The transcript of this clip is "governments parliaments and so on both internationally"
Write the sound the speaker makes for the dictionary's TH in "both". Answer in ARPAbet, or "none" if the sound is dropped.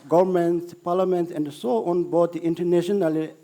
T